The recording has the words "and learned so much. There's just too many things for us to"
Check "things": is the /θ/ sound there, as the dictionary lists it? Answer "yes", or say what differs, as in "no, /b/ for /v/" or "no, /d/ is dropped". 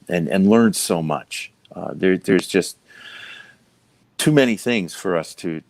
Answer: yes